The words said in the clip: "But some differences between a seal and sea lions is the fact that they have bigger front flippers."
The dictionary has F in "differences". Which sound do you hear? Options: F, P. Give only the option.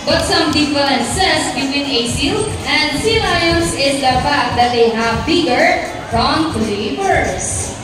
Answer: P